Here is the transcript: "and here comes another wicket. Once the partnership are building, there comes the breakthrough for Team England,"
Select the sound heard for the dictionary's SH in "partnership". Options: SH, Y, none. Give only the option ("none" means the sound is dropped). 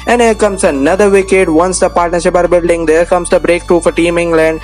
SH